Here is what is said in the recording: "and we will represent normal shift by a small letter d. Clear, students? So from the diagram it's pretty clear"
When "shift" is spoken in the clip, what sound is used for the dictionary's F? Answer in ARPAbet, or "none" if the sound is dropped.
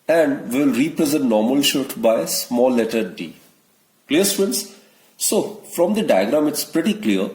none